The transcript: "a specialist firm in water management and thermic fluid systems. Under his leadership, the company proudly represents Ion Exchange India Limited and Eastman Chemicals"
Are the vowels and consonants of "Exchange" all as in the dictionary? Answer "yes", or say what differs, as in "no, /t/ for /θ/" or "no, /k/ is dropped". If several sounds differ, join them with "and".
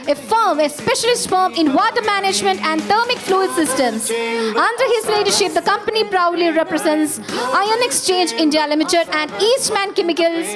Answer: yes